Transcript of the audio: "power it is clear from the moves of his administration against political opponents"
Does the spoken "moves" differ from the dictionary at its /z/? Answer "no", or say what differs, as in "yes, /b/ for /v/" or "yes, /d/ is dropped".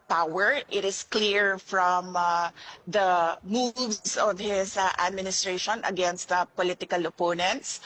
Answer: yes, /s/ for /z/